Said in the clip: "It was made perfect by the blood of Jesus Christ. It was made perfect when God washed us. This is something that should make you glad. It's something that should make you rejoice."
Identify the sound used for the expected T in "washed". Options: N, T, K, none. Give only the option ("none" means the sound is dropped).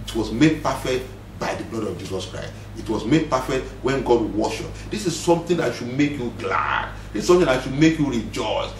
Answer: none